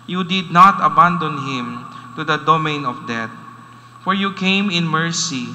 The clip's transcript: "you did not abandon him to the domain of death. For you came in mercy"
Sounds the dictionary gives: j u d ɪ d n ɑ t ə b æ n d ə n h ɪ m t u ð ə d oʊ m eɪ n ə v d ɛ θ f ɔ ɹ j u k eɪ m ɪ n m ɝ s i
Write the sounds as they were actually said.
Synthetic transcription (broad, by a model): j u d ɪ d n ɑ t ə b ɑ n d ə n h ɪ m t u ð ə d oʊ m eɪ n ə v d ɛ t f ɔ ɹ j u k eɪ m ɪ n m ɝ s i